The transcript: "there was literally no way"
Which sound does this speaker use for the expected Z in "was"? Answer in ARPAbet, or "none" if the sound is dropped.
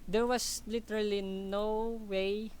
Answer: S